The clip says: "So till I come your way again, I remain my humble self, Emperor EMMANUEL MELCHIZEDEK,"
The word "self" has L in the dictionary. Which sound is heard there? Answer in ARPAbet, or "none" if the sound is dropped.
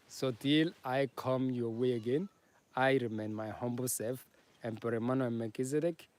none